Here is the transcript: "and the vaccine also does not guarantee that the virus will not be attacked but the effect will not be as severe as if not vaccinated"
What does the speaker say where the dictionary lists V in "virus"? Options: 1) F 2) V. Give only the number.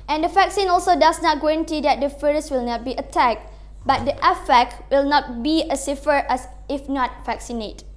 1